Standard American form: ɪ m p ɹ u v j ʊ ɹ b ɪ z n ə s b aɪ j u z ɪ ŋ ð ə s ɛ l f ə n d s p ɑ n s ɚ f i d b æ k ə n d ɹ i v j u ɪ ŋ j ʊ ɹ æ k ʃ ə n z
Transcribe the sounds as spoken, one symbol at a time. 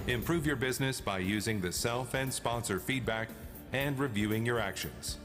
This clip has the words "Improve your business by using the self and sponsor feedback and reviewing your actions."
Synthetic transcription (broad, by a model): ɪ m p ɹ u v j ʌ ɹ b ɪ z n ə s b aɪ j u z ɪ ŋ ð ə s ɛ l f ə n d s p ɑ n s ɚ f i d b æ k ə n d ɹ i v j u ɪ ŋ j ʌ ɹ æ k ʃ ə n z